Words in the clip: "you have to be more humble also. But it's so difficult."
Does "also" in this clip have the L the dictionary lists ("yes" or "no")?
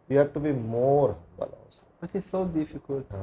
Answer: no